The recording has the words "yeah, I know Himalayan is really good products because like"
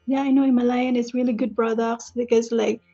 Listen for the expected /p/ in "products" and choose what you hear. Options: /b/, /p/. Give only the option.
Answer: /b/